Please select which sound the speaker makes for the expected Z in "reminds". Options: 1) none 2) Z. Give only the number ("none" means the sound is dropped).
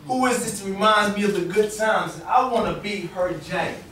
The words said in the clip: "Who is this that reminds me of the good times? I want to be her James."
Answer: 1